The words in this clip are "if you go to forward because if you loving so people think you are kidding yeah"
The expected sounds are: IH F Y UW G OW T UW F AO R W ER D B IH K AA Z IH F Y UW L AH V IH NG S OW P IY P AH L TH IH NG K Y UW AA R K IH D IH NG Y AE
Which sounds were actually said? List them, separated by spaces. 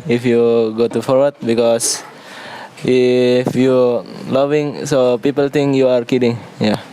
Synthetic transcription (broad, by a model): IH F Y UW G OW T UW F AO R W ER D B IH K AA S IH F Y UW L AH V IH NG S OW P IY P AH L T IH NG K Y UW AA R K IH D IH NG Y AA